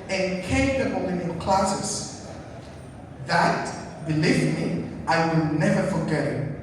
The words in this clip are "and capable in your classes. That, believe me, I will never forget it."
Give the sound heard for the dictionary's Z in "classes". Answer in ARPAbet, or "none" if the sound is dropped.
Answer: S